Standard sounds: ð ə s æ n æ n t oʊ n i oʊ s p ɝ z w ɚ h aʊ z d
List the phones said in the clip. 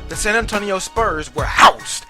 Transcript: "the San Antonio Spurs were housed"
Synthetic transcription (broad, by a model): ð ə s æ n æ n t oʊ n i oʊ s p ɝ z w ɚ h aʊ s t